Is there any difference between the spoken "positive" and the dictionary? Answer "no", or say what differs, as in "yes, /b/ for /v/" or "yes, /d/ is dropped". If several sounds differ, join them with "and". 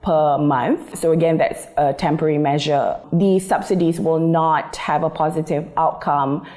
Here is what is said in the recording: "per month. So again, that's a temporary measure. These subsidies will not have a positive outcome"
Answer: no